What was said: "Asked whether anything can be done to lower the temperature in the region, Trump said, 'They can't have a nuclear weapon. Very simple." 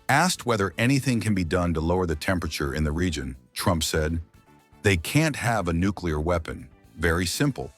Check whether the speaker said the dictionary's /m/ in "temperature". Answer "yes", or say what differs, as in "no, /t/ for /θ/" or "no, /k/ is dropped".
yes